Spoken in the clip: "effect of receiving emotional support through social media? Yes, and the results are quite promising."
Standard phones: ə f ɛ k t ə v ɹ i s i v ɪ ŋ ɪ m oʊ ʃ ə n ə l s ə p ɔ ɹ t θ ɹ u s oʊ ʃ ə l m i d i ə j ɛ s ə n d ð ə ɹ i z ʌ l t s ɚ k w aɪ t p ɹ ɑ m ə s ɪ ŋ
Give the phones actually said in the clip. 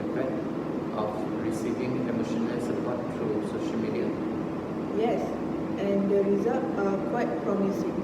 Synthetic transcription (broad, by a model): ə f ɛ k t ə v ɹ i s i v ɪ ŋ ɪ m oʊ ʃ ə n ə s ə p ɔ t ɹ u s oʊ ʃ ə l m i d i ə j ɛ s ə n d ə ɹ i z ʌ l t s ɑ k w aɪ t p ɹ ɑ m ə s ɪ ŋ